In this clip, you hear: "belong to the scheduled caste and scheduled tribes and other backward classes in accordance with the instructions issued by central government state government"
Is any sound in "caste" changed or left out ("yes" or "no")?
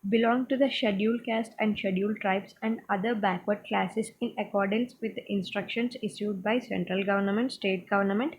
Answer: no